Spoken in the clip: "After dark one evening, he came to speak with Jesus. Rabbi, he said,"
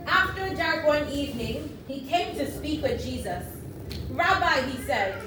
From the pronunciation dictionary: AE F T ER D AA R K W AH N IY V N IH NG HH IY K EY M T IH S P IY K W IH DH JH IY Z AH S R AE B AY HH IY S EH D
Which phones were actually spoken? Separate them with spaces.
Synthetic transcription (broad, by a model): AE F T ER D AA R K W AH N IY V N IH NG HH IY K EY M T IH S P IY K W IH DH JH IY Z AH S R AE B AY HH IY S EH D